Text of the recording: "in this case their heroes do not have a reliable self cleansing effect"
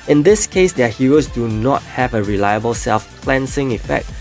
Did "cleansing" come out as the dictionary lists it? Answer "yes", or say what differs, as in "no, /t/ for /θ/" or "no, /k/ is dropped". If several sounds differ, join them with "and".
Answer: no, /s/ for /z/